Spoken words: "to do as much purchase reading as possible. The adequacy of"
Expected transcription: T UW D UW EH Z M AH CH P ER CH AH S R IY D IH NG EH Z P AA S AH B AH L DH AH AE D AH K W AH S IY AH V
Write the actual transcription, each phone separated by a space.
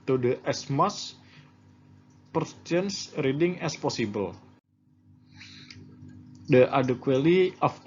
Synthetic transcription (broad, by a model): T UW D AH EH S M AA S P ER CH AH S R IY D IH NG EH S P AA S AH B AH L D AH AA D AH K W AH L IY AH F